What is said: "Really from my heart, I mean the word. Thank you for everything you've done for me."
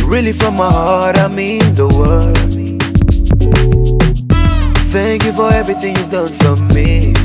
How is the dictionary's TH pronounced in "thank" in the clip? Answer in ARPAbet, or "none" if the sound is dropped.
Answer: TH